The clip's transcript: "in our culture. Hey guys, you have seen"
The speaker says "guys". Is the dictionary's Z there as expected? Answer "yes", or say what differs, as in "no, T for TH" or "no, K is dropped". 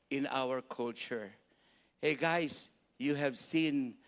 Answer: no, S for Z